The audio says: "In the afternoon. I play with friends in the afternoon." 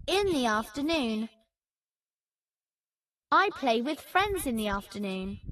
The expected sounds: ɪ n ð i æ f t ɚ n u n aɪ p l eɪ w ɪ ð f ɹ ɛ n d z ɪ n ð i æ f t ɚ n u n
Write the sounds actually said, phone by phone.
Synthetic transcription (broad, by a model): ɪ n ð i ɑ f t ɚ n u n aɪ p l eɪ w ɪ ð f ɹ ɛ n d z ɪ n ð i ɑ f t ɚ n u n